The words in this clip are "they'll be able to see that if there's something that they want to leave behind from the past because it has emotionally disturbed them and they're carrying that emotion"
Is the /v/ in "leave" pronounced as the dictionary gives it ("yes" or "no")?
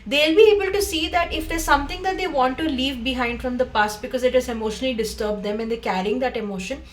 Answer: yes